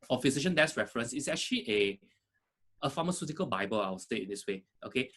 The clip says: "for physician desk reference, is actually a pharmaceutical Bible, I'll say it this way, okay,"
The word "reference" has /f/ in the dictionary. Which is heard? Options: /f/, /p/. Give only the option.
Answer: /f/